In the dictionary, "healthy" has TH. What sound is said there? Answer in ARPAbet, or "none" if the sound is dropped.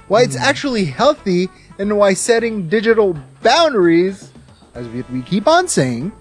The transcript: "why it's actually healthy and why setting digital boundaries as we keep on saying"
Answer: TH